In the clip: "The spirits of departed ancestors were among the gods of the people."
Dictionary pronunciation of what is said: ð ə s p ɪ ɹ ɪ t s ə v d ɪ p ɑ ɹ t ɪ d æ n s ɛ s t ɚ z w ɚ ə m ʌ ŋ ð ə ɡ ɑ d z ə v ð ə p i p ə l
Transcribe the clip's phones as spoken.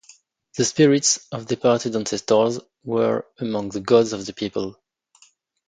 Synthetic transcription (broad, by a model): ð ə s p ɪ ɹ ɪ t s ə v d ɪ p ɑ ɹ t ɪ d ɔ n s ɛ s t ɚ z w ɚ ə m ʌ ŋ ð ə ɡ ɑ d z ə v ð ə p i p ə l